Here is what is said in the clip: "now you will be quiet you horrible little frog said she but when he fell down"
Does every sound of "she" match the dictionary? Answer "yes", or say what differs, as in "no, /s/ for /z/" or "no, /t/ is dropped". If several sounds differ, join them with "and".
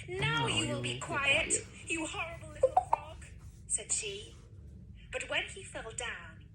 yes